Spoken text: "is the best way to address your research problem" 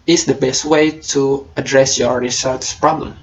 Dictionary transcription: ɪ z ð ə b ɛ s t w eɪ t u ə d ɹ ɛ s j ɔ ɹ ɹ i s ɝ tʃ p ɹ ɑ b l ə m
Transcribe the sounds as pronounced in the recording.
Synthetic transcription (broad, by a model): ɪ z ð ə b ɛ s t w eɪ t u ə d ɹ ɛ s j ɔ ɹ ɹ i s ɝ s p ɹ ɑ b l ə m